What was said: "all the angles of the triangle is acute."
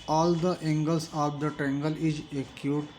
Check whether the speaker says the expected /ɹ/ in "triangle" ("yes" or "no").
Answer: no